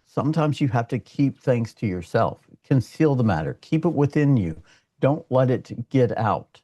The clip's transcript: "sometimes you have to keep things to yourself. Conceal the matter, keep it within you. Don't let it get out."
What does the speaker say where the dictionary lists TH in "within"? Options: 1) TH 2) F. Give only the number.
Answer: 1